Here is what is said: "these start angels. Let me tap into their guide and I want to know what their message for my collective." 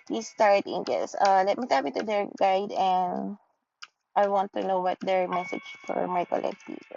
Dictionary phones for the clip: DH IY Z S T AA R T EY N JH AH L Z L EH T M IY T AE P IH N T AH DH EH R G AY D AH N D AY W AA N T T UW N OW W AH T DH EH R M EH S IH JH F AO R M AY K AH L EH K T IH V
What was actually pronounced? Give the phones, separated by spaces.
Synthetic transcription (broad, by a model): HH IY S T AA R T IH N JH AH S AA L EH T M IY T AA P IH T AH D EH R G AY D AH N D AY W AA N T T UW N OW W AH T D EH R M EH S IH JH F AO R M AY K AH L EH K T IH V